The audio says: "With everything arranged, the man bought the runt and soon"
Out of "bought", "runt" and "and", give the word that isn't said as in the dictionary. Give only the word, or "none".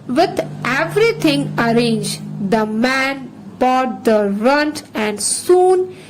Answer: none